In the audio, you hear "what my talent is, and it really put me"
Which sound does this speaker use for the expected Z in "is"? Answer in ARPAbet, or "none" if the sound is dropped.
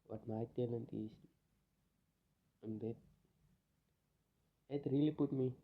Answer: S